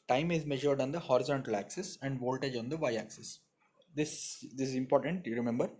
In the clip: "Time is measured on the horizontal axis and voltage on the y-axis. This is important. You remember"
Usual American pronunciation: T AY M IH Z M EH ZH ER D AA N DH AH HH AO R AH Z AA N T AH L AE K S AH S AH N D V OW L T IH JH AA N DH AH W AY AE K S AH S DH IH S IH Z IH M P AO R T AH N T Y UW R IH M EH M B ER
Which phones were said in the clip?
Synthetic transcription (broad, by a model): T AY M IH Z M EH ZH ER D AA N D AH HH AO R AH Z AA N T AH L AE K S AH S AH N D V OW L T IH JH AA N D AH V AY AE K S AH S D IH S IH Z IH M P AO R T AH N T Y UW R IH M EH M B ER